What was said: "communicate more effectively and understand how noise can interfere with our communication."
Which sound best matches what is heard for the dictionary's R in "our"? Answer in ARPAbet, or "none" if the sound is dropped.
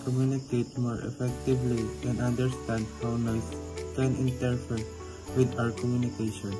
R